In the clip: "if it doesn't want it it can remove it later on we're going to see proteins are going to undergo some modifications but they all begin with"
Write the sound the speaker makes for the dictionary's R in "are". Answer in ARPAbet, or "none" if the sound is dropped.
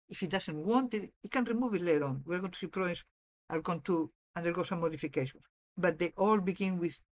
L